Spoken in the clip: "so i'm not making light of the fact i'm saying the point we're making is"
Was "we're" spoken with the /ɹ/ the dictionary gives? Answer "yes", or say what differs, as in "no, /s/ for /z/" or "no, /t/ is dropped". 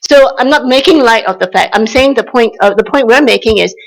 no, /w/ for /ɹ/